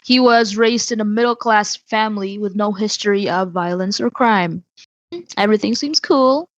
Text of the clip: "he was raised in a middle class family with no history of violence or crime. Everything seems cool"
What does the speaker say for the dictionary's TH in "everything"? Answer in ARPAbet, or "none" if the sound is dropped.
TH